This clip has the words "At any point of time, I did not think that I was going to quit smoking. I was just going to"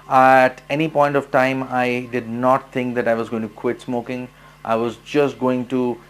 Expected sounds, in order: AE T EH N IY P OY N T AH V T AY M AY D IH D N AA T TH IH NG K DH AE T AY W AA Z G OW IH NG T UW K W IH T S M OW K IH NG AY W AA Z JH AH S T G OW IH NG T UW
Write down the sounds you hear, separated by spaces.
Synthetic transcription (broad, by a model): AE T EH N IY P OY N T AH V T AY M AY D IH D N AA T T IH NG K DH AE T AY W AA Z G OW IH NG T UW K W IH T S M OW K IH NG AY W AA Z JH AH S T G OW IH NG T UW